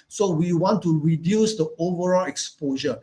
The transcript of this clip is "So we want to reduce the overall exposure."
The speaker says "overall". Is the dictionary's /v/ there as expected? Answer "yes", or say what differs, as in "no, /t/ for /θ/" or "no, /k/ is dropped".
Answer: yes